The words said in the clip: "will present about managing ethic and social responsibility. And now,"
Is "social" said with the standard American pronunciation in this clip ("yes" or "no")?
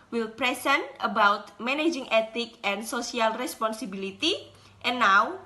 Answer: no